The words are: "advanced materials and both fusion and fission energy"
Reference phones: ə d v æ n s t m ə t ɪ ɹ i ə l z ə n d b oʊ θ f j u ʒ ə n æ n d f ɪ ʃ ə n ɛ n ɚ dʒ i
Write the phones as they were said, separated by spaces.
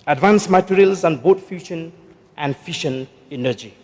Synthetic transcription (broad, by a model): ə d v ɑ n s m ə t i ɹ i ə l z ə n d b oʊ t f j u ʃ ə n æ n d f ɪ ʃ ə n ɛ n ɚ dʒ i